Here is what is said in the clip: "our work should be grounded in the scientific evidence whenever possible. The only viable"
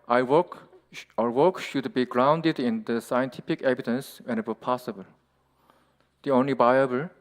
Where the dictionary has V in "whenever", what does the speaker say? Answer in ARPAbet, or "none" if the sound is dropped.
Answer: W